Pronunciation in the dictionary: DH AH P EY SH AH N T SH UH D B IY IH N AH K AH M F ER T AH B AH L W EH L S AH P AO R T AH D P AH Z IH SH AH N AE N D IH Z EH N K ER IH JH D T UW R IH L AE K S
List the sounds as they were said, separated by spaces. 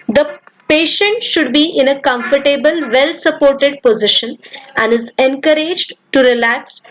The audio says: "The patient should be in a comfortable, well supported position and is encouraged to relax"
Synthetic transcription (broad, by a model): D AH P EY SH AH N T SH UH D B IY IH N AH K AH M F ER T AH B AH L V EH L S AH P AO R T AH D P AH Z IH SH AH N AE N D IH Z EH N K ER IH JH D T UW R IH L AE K S